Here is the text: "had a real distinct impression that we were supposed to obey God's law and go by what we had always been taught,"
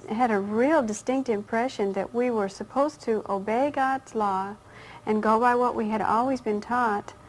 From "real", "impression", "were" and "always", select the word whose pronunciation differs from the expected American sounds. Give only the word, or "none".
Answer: none